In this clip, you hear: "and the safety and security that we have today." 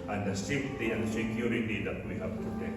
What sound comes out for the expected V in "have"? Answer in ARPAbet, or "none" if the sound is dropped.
P